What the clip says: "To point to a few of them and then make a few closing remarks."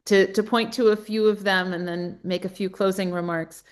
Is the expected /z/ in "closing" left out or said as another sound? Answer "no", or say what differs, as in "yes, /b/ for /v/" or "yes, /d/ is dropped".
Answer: no